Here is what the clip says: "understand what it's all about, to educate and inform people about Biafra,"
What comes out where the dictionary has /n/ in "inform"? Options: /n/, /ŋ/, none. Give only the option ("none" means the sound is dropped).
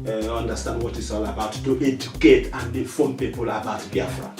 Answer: none